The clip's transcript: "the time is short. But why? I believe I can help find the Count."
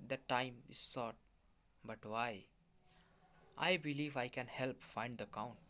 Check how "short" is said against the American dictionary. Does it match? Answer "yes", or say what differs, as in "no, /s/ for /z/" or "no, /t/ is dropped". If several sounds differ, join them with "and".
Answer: no, /s/ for /ʃ/